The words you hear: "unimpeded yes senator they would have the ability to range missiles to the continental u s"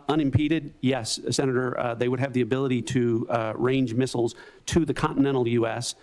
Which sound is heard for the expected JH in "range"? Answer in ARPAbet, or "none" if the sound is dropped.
JH